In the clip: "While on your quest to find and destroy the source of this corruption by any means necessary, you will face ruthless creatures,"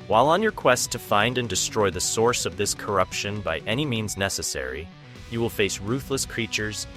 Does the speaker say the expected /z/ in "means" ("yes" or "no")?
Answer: yes